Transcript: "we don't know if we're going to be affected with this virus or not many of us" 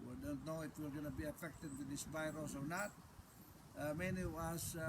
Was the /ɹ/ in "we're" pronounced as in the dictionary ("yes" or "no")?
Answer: no